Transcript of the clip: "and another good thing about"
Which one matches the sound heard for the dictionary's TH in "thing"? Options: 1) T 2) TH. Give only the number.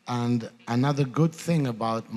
2